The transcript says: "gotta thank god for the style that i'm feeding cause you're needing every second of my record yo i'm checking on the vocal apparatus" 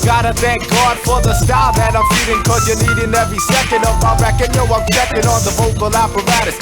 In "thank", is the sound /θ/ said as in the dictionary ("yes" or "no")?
yes